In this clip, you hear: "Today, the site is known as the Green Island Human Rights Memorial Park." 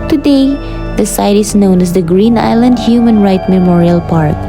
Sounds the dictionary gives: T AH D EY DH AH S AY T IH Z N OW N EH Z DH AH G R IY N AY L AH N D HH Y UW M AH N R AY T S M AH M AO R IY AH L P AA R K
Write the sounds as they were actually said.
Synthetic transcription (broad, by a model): T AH D EY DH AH S AY T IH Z N OW N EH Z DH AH G R IY N AY L AH N D HH Y UW M AH N R AY T M AH M AO R IY AH L P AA R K